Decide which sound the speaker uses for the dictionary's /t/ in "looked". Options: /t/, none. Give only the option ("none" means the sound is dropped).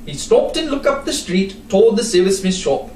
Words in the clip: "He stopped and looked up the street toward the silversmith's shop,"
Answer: none